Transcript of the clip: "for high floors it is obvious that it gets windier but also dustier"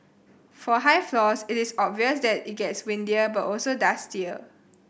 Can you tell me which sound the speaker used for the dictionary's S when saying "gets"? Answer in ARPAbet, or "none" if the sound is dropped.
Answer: S